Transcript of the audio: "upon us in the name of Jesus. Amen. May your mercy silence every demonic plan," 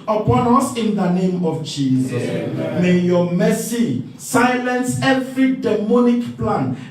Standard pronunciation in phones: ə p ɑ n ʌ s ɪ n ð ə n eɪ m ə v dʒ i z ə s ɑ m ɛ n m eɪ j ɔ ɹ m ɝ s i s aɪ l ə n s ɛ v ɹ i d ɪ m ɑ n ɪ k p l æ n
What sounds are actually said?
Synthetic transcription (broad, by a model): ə p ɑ n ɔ s ɪ n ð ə n eɪ m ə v dʒ i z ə s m m eɪ j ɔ m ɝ s i s aɪ l ə n s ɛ f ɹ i d ɪ m ɑ n ɪ k p l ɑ n